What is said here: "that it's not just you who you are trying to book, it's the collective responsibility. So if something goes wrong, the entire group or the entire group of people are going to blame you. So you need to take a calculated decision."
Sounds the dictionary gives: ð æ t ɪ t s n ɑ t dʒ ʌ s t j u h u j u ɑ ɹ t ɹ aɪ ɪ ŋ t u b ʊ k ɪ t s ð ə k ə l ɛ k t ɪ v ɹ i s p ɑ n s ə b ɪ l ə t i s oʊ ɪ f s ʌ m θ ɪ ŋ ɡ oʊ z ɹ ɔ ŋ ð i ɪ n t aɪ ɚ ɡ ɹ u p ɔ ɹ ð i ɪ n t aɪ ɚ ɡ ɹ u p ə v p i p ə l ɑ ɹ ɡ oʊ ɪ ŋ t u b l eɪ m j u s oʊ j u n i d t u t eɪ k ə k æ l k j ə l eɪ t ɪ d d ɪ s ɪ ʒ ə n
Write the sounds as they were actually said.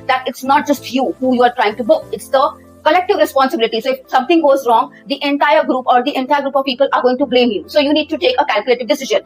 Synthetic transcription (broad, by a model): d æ t ɪ t s n ɑ t dʒ ʌ s t j u h u j u ɑ ɹ t ɹ aɪ ɪ ŋ t u b ʊ k ɪ t s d ə k ə l ɛ k t ɪ v ɹ i s p ɑ n s ə b ɪ l ə t i s oʊ ɪ f s ʌ m t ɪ ŋ ɡ oʊ z ɹ ɔ ŋ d i ɪ n t aɪ ɚ ɡ ɹ u p ɔ ɹ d i ɪ n t aɪ ɚ ɡ ɹ u p ə v p i p ə l ɑ ɹ ɡ oʊ ɪ ŋ t u b l eɪ m j u s oʊ j u n i d t u t eɪ k ə k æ l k j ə l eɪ t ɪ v d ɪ s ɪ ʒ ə n